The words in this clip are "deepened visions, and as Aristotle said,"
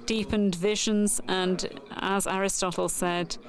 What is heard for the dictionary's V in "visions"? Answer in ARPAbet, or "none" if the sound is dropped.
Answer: V